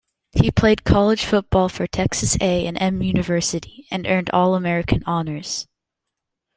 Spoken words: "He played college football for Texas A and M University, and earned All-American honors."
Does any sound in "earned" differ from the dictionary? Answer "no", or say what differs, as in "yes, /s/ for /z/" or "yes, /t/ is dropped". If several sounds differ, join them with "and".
no